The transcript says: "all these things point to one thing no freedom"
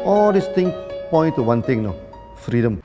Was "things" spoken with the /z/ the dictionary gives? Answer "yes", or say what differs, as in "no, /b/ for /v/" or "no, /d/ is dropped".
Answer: no, /z/ is dropped